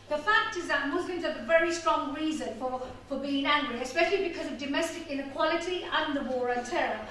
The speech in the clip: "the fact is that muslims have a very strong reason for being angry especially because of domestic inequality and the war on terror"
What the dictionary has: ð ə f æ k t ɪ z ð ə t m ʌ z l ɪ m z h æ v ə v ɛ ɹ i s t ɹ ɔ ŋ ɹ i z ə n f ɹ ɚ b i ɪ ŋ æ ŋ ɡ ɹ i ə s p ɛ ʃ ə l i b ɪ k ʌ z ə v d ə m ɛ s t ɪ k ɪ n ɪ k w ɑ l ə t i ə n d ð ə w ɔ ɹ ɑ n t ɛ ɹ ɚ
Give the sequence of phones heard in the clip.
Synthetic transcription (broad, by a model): ð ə f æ k t ɪ z ð ə t m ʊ z l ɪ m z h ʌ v ə v ɛ ɹ i s t ɹ ɔ ŋ ɹ i z ə n f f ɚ b i ɪ ŋ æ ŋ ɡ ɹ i ə s p ɛ ʃ ə l i b ɪ k ʌ z ə v d ə m ɛ s t ɪ k ɪ n ɪ k w ɑ l ə t i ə n ð ə w ɔ ɹ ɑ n t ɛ ɹ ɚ